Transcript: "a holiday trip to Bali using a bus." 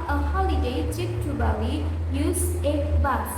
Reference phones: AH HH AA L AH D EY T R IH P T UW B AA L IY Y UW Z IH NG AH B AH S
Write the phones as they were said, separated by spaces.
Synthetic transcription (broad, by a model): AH HH AA L AH D EY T IH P T UW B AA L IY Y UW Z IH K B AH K